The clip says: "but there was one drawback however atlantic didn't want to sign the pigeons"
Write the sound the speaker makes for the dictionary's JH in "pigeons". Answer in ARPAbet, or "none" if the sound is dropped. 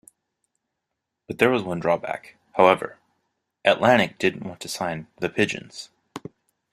JH